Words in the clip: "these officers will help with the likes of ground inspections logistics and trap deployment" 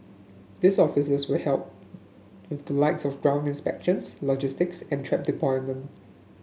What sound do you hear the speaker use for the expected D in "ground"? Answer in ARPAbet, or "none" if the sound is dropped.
D